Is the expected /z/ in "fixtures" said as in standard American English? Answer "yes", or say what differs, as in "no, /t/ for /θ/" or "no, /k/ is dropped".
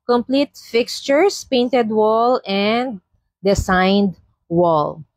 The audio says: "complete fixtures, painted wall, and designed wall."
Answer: no, /s/ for /z/